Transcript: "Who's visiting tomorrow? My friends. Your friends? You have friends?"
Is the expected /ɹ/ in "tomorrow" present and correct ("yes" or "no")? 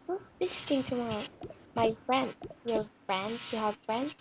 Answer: no